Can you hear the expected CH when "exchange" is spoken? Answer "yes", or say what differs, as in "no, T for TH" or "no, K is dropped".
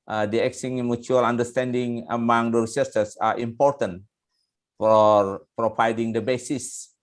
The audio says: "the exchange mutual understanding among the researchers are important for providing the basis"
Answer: no, CH is dropped